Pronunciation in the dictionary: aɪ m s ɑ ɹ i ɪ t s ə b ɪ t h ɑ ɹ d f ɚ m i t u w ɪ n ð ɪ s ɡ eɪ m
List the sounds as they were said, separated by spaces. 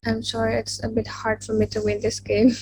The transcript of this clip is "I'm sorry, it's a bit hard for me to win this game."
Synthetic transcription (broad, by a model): aɪ m ʃ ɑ ɹ ɪ t s ə b ɪ t h ɑ ɹ d f ɚ m i t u w ɪ n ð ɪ s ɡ eɪ m